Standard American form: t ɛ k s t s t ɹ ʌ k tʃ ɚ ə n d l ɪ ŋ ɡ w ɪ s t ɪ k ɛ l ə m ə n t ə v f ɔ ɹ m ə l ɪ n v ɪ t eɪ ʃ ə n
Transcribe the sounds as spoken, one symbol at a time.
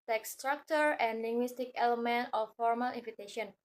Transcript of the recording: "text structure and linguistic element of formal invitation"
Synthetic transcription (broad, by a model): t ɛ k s s t ɹ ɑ k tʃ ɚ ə n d l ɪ ŋ ɡ w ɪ s t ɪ k ɛ l ə m ə n t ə f ɔ ɹ m ə l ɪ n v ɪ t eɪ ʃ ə n